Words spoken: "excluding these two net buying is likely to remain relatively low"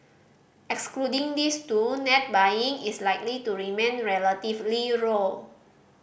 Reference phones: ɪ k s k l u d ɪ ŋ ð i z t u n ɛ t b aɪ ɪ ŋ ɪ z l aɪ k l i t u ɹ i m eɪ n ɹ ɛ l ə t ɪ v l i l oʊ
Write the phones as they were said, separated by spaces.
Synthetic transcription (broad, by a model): ɪ k s k l u d ɪ ŋ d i s t u n ɛ t b aɪ ɪ ŋ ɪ s l aɪ k l i t u ɹ i m eɪ n ɹ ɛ l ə t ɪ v l i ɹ oʊ